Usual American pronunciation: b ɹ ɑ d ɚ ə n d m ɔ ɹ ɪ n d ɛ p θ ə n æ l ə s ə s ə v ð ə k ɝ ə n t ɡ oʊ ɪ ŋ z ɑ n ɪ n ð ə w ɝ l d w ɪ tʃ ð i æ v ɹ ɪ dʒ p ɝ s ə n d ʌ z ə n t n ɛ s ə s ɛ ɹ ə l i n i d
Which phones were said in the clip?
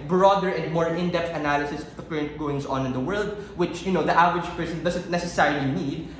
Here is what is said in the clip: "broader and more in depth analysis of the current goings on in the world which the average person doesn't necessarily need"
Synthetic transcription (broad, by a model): b ɹ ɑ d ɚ ə n d m ɔ ɹ ɪ n d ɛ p t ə n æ l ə s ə s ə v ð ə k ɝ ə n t ɡ oʊ ɪ ŋ s ɑ n ɪ n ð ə w ɝ l d w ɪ tʃ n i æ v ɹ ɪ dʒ p ɝ s ə n d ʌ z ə n t n ɛ s ə s ɛ ɹ ə l i n i d